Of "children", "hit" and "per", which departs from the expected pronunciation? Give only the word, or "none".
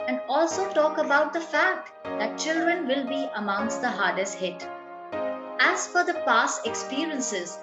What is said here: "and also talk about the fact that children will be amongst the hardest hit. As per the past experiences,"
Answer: per